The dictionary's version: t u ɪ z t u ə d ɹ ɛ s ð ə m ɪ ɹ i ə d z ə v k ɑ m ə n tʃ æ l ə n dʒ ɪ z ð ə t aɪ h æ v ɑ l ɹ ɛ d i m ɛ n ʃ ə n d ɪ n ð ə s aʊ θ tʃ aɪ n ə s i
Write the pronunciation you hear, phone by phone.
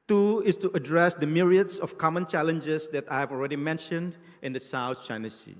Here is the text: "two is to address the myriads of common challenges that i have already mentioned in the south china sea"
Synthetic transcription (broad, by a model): t u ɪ s t u ə d ɹ ɛ s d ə m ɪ ɹ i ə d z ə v k ɑ m ə n tʃ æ l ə n dʒ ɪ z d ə t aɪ h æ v ɑ l ɹ ɛ d i m ɛ n ʃ ə n d ɪ n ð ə s aʊ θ tʃ aɪ n ə s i